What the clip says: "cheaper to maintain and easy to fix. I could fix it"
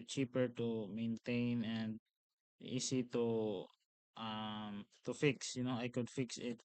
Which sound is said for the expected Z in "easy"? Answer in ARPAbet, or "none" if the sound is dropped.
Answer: S